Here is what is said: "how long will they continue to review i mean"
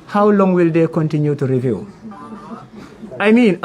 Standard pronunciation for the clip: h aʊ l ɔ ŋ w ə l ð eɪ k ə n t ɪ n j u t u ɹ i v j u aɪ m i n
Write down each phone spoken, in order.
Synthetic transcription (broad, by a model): h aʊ l ɔ ŋ w ə l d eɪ k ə n t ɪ n j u t u ɹ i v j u aɪ m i n